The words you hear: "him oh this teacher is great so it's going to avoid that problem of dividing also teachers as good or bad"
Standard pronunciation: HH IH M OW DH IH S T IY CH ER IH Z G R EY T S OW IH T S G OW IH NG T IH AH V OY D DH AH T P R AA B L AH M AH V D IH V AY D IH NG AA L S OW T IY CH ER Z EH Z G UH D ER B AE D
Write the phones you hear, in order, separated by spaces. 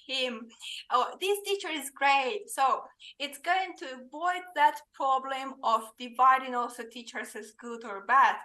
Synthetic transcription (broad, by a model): HH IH M OW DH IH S T IY CH ER IH Z G R EY T S OW IH T S G OW IH NG T IH AH V OY D DH AH T P R AA B L AH M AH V D IH V AY D IH NG AA L S OW T IY CH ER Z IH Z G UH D ER B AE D